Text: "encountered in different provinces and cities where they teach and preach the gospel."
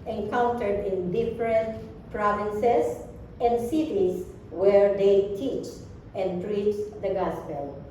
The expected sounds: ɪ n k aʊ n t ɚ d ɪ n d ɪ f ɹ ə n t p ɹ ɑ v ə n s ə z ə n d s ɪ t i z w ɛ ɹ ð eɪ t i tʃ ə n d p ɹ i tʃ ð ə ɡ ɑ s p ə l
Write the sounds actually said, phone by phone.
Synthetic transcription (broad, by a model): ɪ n k aʊ n t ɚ d ɪ n d ɪ f ɹ ə n t p ɹ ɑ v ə n s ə s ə n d s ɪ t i s w ɛ ɹ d eɪ t i tʃ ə n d p ɹ i tʃ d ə ɡ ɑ s p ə l